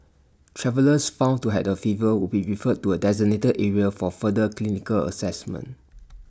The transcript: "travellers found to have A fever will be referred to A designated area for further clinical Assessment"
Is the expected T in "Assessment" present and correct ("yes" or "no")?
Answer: yes